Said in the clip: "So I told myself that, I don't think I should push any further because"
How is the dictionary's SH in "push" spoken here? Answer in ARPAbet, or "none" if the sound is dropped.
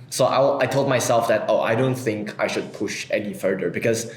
SH